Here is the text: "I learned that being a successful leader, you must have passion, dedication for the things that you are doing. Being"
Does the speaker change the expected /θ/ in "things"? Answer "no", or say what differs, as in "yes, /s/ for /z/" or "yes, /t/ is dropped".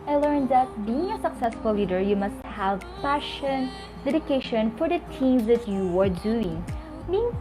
yes, /t/ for /θ/